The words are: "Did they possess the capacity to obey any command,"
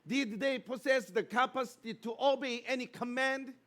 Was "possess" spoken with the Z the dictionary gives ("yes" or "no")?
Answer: no